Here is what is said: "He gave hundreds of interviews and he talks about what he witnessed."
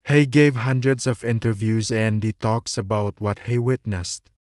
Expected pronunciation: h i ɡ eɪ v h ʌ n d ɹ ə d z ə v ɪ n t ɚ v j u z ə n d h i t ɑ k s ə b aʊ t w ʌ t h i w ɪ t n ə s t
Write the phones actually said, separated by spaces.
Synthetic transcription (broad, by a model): h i ɡ eɪ v h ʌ n d ɹ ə d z ə v ɪ n t ɚ v j u z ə n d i t ɑ k s ə b aʊ t w ʌ t h i w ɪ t n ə s t